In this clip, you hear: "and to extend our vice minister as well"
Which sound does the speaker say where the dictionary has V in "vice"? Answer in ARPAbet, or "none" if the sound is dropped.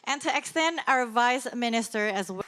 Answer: V